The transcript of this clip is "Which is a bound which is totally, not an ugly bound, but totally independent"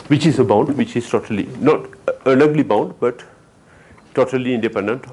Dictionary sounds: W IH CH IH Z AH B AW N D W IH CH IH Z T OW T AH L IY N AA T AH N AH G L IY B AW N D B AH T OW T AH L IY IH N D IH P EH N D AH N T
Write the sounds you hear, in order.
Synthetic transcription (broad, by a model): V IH CH IH Z AH B AW N D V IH CH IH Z T OW T AH L IY N AA T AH L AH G L IY B AW N D B AH T OW T AH L IY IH N D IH P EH N D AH N T